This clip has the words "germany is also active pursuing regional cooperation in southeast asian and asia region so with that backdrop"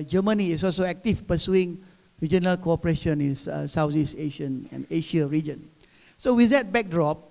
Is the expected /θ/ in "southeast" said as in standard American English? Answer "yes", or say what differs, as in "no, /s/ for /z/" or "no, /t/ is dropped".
no, /s/ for /θ/